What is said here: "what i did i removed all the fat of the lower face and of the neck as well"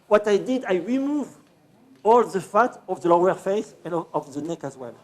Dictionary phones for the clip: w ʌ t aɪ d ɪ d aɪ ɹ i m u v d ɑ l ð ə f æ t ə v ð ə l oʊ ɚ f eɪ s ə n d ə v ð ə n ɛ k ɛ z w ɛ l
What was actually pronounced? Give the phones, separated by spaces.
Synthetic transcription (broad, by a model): w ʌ t aɪ d ɪ d aɪ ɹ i m u v ɑ l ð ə f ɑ t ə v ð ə l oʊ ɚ f eɪ s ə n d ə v ð ə n ɛ k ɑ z w ɛ l